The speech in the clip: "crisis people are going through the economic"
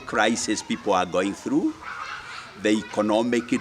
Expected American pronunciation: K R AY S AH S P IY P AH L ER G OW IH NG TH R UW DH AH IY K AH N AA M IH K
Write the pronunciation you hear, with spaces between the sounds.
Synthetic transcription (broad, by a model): K R AY S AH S P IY P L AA G OW IH NG TH R UW DH AH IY K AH N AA M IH K